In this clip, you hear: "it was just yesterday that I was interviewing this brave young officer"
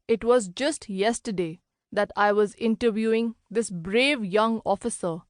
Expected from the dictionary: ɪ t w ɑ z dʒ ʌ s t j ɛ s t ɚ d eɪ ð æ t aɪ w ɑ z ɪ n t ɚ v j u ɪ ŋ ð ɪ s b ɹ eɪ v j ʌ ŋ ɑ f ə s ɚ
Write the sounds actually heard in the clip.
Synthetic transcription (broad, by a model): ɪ t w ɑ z dʒ ʌ s t j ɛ s t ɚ d eɪ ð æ t aɪ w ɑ z ɪ n t ɚ v j u ɪ ŋ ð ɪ s b ɹ eɪ v j ʌ ŋ ɑ f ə s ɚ